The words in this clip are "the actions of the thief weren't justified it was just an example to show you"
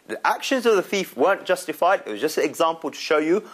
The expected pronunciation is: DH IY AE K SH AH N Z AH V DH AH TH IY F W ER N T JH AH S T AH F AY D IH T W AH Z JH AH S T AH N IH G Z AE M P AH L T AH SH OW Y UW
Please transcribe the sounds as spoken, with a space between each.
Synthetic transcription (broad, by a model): DH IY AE K SH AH N Z AH V DH AH TH IY F W ER N JH AH S T AH F AY D IH T W AH Z JH AH S T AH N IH G Z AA M P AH L T AH SH OW Y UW